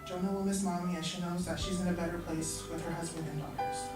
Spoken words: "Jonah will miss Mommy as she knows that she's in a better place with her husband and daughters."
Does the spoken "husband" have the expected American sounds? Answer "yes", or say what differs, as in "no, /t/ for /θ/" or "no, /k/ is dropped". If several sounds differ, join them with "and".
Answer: yes